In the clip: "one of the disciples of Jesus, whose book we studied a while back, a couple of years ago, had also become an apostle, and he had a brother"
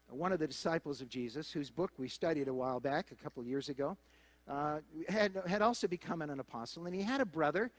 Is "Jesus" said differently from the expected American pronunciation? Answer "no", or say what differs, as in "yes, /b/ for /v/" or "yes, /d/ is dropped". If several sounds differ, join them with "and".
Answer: no